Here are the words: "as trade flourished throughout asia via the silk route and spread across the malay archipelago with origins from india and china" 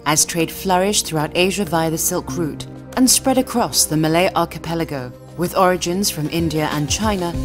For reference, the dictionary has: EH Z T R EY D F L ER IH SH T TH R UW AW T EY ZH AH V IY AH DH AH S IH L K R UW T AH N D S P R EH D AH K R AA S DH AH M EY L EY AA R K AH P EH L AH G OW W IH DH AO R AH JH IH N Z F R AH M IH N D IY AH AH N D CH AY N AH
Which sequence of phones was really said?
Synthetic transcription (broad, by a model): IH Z T R EY D F L ER IH SH TH R UW AW T EY ZH AH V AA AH DH AH S IH L K R UW T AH N S P R EH D AH K R AA S DH AH M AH L EY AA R K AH P EH L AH G OW W IH DH AO R AH JH IH N Z F R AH M IH N D IY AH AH N CH AY N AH